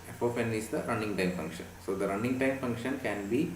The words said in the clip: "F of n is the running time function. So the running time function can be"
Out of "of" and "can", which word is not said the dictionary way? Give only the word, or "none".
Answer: of